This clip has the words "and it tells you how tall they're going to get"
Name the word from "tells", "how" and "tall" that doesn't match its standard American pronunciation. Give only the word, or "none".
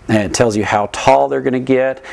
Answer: none